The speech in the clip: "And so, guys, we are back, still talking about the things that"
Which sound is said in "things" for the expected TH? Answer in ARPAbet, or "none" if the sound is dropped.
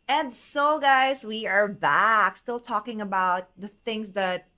TH